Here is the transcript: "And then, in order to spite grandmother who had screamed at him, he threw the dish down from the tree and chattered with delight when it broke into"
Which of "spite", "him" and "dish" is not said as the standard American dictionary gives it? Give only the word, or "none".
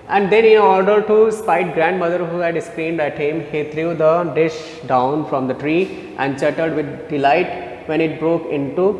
none